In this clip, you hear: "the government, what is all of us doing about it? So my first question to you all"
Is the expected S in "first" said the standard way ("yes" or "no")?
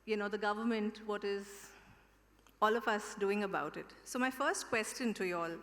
yes